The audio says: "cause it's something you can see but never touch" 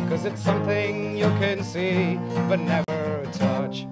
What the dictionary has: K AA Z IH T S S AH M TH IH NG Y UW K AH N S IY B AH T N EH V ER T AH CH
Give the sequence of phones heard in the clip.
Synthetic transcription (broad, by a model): K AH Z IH T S S AH M TH IH NG Y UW K AH N S IY B AH T N EH V ER T AH CH